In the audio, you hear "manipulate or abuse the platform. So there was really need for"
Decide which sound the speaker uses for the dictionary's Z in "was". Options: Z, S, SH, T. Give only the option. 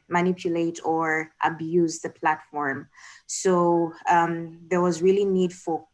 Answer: Z